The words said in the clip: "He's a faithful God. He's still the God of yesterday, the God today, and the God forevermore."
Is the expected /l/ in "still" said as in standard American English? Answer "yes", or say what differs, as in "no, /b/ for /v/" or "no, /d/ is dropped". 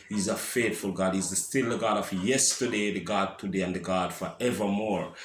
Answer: yes